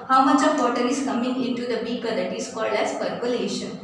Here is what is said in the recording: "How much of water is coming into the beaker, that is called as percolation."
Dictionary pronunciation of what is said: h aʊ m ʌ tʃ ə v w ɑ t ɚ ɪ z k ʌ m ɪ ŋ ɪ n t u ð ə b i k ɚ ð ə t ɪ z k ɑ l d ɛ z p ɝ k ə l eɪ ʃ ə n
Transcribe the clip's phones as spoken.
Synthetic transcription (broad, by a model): h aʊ m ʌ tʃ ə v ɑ t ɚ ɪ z k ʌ m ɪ ŋ ɪ n t u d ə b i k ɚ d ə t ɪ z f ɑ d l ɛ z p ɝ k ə l eɪ ʃ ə n